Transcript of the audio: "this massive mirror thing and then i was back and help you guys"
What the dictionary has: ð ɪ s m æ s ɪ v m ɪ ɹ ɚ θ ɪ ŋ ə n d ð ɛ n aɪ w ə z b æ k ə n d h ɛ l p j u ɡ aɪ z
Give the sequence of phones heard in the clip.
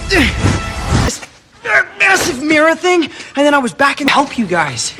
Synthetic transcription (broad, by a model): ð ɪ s m æ s ɪ v m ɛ ɹ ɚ θ ɪ ŋ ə n ð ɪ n aɪ w ə z b æ k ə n h ɛ l p j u ɡ aɪ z